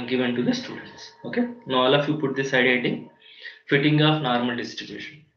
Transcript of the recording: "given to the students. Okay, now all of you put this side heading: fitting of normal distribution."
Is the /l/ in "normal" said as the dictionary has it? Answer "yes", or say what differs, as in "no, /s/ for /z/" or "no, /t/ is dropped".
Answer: yes